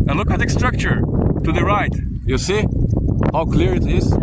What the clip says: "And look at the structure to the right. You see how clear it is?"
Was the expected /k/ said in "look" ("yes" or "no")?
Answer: yes